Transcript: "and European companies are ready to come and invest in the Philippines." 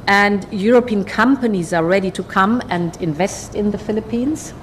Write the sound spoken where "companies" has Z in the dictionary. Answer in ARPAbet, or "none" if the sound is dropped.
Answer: Z